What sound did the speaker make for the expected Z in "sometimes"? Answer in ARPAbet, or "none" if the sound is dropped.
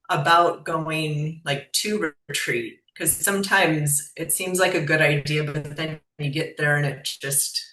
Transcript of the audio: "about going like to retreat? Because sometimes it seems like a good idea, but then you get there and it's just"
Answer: Z